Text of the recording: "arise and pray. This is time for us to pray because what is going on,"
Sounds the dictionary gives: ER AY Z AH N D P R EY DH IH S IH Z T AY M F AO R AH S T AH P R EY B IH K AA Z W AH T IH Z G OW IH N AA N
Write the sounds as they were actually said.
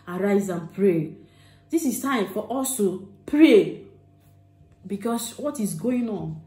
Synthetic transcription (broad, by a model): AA AY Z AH N P R EY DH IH S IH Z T AY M F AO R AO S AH P R EY B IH K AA S W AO T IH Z G OW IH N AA N